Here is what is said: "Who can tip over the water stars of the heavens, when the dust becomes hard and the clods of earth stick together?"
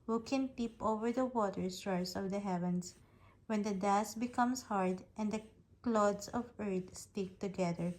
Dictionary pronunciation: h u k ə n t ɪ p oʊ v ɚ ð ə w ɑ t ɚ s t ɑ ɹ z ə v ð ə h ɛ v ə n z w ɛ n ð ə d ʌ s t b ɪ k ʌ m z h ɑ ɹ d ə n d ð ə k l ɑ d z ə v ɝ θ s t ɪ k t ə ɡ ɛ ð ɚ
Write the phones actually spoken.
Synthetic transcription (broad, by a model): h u k ə n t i p oʊ v ɚ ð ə w ɑ t ɚ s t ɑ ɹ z ə v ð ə h ɛ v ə n s w ɛ n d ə d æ s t b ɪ k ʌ m s h ɑ ɹ d ə n d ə k l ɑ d s ə v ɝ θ s t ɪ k t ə ɡ ɛ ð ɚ